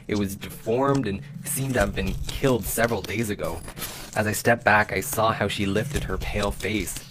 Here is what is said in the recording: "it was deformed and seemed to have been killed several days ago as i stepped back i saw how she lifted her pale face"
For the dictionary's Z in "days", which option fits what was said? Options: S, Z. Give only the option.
Z